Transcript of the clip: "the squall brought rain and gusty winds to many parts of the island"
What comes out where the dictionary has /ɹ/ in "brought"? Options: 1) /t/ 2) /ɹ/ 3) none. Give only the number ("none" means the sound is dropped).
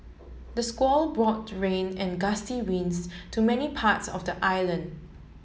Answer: 2